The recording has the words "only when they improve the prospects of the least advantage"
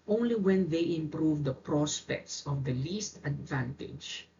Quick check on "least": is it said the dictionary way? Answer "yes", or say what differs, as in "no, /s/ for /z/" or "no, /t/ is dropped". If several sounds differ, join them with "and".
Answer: yes